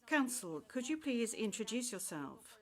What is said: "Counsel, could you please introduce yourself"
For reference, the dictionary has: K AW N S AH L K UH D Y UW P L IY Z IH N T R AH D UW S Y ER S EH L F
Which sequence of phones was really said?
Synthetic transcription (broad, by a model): K AW N S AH L K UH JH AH P L IY Z IH N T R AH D UW S Y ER S EH L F